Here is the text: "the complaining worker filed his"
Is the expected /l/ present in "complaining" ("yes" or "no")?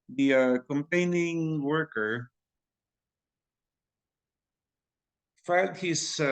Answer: no